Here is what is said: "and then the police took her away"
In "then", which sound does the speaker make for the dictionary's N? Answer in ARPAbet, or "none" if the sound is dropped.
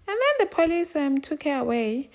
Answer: N